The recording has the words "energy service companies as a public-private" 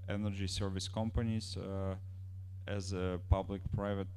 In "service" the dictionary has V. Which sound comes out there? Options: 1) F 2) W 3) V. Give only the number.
3